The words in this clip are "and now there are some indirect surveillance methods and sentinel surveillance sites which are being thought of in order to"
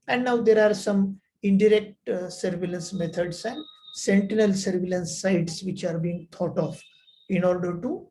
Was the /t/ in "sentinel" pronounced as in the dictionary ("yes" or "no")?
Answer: yes